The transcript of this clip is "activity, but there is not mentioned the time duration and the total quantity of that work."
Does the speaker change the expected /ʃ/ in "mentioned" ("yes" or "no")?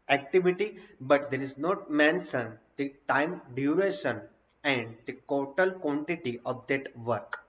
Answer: yes